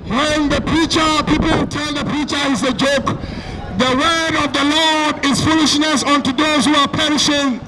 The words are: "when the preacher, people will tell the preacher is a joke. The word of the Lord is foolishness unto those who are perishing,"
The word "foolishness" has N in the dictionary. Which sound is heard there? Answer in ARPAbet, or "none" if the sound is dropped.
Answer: N